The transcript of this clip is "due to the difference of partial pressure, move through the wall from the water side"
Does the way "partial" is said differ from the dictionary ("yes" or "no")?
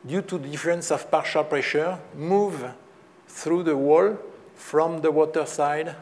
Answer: no